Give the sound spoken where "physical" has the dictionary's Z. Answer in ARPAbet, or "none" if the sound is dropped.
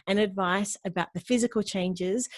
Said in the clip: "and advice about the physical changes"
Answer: Z